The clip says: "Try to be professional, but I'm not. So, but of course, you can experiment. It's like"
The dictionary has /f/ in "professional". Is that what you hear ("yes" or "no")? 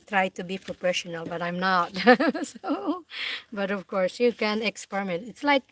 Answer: no